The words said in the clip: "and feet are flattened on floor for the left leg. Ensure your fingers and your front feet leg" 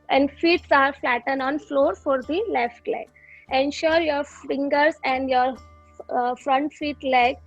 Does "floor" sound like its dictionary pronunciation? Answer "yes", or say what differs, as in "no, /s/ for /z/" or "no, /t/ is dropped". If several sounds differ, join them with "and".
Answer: yes